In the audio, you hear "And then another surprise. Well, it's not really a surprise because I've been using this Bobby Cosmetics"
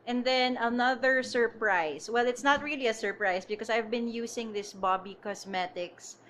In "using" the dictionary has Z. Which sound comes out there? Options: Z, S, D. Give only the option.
S